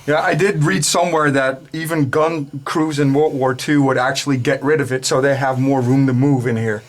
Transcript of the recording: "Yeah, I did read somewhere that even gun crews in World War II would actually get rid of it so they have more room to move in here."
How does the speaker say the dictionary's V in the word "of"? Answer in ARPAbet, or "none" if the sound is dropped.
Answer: V